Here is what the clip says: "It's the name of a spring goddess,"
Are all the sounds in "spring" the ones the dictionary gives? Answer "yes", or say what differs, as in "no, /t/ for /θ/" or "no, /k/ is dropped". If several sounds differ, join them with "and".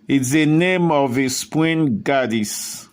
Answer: no, /w/ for /ɹ/